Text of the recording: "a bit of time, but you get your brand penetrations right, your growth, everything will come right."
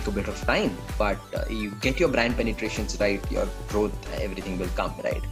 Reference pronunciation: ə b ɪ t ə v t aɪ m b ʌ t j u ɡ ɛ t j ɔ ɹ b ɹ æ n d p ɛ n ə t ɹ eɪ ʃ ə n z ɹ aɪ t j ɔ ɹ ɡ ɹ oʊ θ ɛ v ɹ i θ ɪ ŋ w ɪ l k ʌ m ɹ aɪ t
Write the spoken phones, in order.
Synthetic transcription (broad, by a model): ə b ɪ t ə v t aɪ m b ʌ t j u ɡ ɛ t j ɔ ɹ b ɹ æ n d p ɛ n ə t ɹ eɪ ʃ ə n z ɹ aɪ t j ɔ ɹ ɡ ɹ oʊ t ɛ v ɹ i t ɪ ŋ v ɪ l k ʌ m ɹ aɪ t